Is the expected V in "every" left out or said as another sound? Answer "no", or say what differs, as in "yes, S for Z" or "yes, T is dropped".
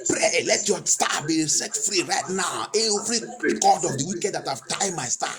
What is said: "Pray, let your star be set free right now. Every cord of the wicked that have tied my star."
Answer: yes, F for V